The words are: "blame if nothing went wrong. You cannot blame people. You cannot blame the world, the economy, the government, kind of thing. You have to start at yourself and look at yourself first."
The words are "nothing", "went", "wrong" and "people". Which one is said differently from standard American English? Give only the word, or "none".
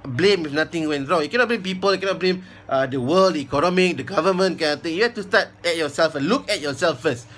nothing